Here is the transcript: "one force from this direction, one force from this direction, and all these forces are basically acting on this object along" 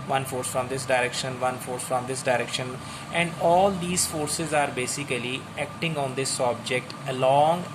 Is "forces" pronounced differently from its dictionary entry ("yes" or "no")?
no